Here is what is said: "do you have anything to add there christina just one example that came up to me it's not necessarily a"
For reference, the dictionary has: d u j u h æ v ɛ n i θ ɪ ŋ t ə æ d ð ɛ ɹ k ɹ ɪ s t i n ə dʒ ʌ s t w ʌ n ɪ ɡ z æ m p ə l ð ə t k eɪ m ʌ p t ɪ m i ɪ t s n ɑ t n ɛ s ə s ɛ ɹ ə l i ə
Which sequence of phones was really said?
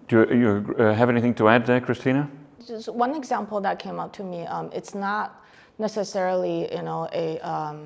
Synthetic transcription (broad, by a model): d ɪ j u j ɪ v ɛ n i θ ɪ ŋ t ə æ d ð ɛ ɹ k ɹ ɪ s t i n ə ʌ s w ʌ n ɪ ɡ z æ m p l ð ə t k eɪ m ʌ p t ɪ m i ɪ t s n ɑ t n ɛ s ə s ɛ ɹ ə n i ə